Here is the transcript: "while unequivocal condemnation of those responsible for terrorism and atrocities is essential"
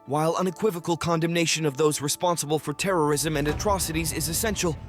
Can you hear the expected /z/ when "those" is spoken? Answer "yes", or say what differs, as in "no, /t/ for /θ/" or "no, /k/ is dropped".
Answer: yes